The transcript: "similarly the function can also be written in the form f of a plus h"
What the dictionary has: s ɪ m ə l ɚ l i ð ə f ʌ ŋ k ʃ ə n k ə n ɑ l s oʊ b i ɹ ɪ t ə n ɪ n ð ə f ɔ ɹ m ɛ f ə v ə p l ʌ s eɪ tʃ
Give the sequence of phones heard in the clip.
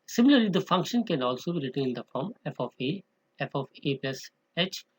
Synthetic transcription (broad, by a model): s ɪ m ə l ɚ l i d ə f ʌ ŋ k ʃ ə n k ə n ɑ l s oʊ b i ɹ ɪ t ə ɪ n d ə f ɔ ɹ m ɛ f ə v ə p l ʌ s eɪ tʃ